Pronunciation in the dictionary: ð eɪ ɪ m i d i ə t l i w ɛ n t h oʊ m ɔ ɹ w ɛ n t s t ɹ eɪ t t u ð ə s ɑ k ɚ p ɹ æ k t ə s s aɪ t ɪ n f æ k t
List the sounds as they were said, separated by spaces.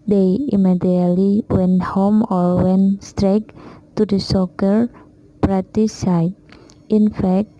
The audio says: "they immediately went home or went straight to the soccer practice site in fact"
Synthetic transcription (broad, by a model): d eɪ ɪ m i d i ə t l i w ɛ n t h oʊ m ɔ ɹ w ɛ n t s t ɹ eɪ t t u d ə s ɑ k ɚ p ɹ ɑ t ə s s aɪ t ɪ n f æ k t